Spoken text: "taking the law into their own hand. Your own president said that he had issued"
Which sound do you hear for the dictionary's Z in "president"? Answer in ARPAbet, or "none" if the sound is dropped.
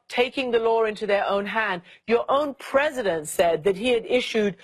Z